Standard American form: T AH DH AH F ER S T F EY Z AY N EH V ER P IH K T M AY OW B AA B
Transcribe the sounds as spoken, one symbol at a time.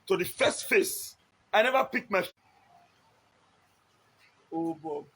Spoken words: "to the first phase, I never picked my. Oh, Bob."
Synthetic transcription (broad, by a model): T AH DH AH F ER S T F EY S AY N EH V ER P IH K M AY OW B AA